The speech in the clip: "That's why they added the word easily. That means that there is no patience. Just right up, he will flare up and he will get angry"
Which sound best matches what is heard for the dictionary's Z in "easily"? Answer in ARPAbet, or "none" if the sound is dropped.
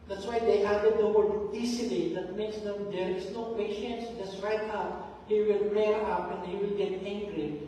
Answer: S